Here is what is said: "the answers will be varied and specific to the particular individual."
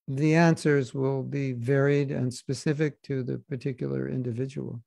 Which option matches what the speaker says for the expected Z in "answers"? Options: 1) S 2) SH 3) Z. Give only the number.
3